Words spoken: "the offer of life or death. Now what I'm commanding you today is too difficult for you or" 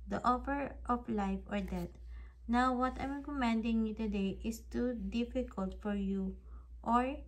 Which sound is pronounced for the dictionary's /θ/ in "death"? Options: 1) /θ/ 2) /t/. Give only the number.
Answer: 2